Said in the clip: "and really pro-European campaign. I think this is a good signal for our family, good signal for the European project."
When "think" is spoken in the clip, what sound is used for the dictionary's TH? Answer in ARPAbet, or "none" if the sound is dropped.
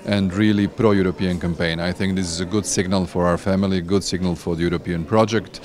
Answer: TH